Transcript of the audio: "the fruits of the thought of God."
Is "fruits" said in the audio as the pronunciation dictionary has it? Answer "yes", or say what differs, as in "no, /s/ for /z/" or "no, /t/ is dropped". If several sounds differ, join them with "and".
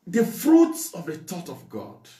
yes